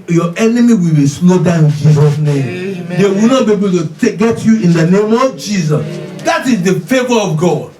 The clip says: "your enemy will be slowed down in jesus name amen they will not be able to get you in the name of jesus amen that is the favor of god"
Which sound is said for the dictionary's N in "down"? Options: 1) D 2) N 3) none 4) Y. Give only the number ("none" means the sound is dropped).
3